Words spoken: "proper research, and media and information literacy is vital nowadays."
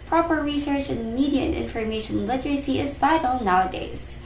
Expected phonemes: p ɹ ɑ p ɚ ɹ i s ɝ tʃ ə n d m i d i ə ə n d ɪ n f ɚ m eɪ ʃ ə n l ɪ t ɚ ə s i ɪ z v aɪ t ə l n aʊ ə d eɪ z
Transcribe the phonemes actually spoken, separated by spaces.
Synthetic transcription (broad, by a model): p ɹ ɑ p ɚ ɹ i s ɝ tʃ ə n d m i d i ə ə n ɪ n f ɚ m eɪ ʃ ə n l ɪ t ɚ ə s i ɪ z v aɪ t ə l n aʊ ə d eɪ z